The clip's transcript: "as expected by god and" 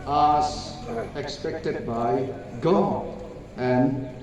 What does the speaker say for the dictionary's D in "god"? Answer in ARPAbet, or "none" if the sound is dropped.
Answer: none